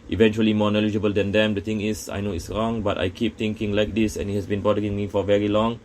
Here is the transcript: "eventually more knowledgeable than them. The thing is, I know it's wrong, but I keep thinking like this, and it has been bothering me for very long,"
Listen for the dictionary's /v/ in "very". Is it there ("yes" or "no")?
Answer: yes